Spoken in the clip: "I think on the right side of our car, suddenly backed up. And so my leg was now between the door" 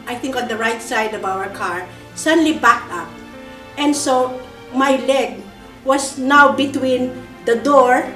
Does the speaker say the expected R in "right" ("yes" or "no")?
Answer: yes